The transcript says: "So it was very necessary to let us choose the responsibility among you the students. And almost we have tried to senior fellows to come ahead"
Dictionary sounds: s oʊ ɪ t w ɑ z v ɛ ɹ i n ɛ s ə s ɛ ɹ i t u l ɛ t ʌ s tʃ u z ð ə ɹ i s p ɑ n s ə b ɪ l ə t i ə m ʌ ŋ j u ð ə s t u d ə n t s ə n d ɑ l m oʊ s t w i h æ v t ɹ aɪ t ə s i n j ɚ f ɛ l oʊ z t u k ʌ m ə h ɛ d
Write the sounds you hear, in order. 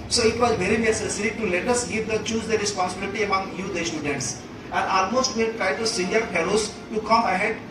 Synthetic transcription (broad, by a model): s oʊ ɪ t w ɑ z v ɛ ɹ i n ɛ s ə s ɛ ɹ i t u l ɛ t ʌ s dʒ u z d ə ɹ i s p ɑ n s ə b ɪ l ə t i ə m ʌ ŋ j u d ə s t u d ə n t s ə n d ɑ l m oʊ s t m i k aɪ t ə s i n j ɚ p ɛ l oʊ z t u k ʌ m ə h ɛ d